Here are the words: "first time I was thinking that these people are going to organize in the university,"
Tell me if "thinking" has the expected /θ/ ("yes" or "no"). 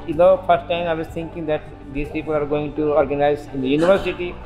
no